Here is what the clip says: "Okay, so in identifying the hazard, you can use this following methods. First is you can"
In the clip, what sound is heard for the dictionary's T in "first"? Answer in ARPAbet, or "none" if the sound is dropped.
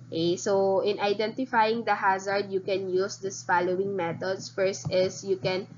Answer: T